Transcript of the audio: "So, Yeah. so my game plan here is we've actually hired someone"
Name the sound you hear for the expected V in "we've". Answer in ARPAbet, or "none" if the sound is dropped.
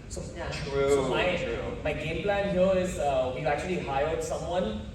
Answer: none